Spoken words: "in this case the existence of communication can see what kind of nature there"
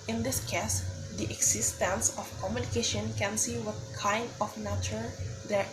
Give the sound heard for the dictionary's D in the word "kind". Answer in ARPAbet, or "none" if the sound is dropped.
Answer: D